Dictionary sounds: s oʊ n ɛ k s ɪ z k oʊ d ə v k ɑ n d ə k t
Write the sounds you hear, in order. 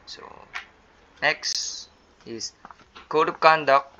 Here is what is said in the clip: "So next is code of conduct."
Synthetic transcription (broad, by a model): s oʊ n ɛ k s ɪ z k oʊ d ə p k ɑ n d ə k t